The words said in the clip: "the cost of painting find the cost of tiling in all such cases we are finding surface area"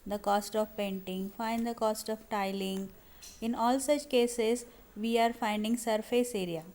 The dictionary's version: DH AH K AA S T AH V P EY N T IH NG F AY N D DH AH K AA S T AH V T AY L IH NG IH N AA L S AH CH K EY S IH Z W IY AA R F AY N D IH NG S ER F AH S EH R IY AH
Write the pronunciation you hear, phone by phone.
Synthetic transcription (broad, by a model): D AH K AA S T AH V P EY N T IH NG F AY N D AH K AA S T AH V T AY L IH NG IH N AA L S AH CH K EY S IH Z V IY AA R F AY N D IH NG S ER F AH S EH R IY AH